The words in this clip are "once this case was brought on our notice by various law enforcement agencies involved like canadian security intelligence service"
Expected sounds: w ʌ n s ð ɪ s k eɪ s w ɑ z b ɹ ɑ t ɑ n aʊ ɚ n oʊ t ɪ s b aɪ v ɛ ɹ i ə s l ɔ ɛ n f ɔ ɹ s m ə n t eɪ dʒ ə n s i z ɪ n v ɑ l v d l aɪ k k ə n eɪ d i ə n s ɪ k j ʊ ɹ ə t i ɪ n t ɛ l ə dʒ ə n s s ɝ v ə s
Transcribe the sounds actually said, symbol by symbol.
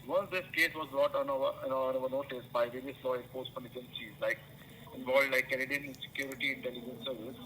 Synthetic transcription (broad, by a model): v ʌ n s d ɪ s k eɪ s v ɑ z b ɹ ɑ t ɑ n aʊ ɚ n oʊ t ɪ s b aɪ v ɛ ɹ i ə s l ɔ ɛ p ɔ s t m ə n eɪ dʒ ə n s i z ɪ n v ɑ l d l aɪ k k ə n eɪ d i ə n s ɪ k j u ɹ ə t i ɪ n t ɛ l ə dʒ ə n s s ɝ v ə s